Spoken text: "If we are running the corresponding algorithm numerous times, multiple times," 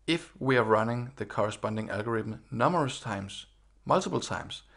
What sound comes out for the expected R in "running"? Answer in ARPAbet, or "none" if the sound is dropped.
R